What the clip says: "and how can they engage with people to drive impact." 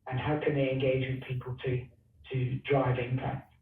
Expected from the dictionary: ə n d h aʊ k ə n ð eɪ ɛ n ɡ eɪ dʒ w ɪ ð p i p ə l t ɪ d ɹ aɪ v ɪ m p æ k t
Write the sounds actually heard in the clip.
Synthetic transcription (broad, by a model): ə n h aʊ k ə n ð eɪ ɛ n ɡ eɪ dʒ w ɪ ð p i p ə l t ɪ d ɹ aɪ v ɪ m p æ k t